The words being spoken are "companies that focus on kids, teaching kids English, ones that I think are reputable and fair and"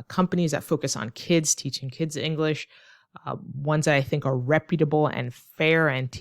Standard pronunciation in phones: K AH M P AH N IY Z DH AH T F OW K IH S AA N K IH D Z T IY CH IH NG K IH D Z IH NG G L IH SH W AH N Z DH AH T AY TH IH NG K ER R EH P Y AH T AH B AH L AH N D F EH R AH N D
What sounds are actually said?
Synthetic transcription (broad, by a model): K AH M P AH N IY Z DH AH T F OW K IH S N K IH D Z T IY CH IH NG K IH D Z IH NG G L IH SH W AH N Z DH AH T AY TH IH NG K ER R EH P Y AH T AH B L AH N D F EH R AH N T